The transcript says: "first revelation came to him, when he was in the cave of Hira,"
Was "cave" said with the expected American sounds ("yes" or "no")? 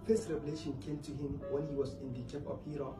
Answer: no